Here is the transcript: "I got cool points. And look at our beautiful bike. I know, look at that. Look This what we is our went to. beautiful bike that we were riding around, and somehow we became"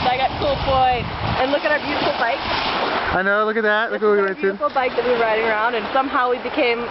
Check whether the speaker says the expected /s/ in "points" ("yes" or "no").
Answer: no